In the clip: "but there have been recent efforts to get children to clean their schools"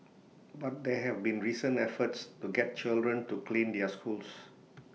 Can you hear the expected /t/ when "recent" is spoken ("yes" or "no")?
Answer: no